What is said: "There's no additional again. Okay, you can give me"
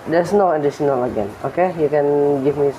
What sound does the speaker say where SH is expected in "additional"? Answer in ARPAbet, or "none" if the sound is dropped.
S